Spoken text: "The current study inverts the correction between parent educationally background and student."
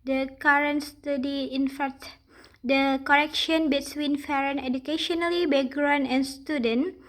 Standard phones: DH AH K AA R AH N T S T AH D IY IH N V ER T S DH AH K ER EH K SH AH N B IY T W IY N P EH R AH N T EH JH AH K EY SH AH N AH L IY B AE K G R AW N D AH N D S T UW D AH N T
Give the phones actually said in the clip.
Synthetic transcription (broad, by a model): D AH K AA R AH N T S T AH D IY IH N F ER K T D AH K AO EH K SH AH N B IY T W IY N F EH R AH N EH JH AH K EY SH AH N AH L IY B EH G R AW N AH N S T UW D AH N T